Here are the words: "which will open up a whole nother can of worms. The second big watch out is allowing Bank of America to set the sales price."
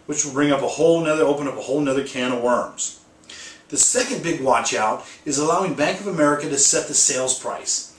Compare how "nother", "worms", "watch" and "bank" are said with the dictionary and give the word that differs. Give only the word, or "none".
none